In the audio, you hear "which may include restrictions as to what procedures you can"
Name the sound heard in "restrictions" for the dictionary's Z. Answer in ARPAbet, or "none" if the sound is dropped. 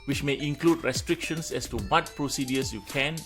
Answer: S